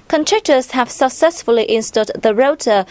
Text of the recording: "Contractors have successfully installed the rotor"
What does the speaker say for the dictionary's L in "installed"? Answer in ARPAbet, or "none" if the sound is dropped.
none